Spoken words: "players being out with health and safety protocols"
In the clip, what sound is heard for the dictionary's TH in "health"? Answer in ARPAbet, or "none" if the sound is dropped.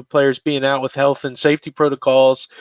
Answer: TH